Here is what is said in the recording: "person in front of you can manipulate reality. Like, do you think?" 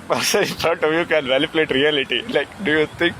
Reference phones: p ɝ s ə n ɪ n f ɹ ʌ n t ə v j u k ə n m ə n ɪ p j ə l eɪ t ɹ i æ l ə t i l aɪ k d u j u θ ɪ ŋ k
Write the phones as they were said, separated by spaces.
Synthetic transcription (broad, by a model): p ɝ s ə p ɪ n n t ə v j u k ə n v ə l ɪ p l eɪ t ɹ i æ l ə t i l aɪ k d u j u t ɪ ŋ k